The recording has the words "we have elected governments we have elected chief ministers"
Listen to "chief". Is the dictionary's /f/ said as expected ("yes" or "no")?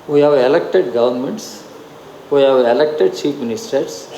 no